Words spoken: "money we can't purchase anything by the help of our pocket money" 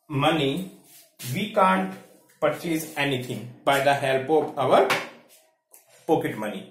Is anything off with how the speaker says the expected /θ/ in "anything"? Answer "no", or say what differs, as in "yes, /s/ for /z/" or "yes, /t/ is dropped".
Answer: yes, /t/ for /θ/